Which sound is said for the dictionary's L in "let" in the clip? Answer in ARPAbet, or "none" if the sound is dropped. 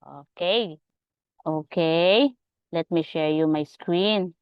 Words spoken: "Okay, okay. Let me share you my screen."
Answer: L